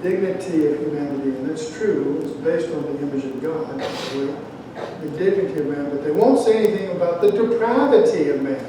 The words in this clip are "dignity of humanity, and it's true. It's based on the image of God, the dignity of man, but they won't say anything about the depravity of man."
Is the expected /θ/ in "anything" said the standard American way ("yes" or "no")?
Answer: yes